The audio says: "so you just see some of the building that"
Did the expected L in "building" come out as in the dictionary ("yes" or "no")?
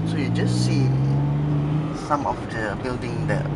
yes